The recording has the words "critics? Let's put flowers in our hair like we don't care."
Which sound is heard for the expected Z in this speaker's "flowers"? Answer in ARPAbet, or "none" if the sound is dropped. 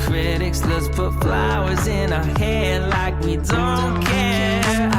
Z